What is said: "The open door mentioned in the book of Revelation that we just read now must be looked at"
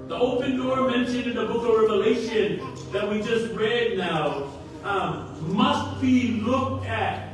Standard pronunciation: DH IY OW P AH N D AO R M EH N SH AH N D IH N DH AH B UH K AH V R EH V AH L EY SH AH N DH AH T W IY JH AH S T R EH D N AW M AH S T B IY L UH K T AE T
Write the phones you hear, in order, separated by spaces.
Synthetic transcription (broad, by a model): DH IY OW P AH N D AO R M EH N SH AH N IH N DH AH B UH K AH V R EH V AH L EY SH AH N DH AH T W IY JH AH S T R EH D N AW M AH S T B IY L UH K T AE T